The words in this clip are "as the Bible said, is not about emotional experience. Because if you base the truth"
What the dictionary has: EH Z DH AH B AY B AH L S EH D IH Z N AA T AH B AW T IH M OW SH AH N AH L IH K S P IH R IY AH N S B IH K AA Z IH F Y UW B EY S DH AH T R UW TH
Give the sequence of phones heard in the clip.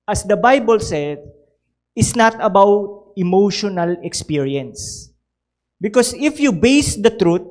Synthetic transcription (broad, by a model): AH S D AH B AY B AH L S EH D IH S N AA T AH B AW T IH M OW SH AH N AH L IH K S P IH R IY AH N S B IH K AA S IH F Y UW B EY S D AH T R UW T